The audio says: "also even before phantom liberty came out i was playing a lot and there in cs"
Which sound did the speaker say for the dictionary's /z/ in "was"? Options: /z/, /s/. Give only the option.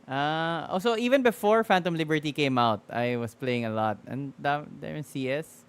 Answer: /s/